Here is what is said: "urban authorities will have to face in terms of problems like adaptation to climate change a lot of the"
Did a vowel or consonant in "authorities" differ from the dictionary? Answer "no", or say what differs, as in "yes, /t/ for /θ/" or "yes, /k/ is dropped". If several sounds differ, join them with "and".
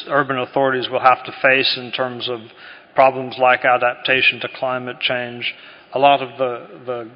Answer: no